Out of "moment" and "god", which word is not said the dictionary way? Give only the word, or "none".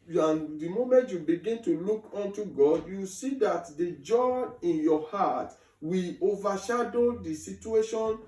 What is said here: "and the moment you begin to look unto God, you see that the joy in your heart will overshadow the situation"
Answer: none